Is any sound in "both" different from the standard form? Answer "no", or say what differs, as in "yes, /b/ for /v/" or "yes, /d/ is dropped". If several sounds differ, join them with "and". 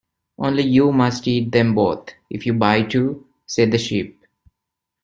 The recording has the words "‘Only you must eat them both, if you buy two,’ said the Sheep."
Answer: yes, /t/ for /θ/